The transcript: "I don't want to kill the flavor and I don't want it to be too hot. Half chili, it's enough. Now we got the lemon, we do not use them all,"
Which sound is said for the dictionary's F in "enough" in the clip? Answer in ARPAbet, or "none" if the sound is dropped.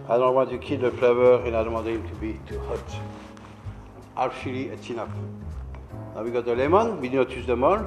P